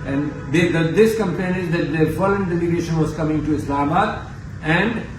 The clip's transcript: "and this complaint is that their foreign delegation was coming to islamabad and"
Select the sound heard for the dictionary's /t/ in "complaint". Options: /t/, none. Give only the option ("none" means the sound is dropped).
none